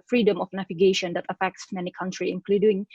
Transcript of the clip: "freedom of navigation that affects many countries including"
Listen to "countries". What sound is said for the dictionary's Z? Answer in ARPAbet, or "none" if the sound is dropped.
none